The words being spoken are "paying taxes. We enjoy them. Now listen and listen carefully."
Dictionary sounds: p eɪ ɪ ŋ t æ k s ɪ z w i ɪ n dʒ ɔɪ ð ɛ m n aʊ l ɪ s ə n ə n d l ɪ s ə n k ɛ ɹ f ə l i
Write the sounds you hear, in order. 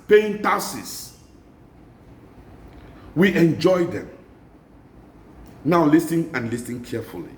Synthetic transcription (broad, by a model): p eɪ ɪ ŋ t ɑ s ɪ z w i ɪ n dʒ ɔɪ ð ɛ m n aʊ l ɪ s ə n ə n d l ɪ s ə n k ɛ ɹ f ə l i